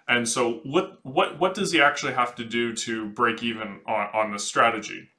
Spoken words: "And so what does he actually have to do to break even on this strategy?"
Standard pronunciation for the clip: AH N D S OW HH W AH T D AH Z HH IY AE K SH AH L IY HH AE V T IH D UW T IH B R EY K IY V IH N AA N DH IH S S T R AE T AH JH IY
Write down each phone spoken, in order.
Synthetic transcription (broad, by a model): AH N S OW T W AH T D AH Z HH IY AE K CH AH L IY HH AE F T IH D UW T IH B R EY K IY V IH N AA N DH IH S S T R AE T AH JH IY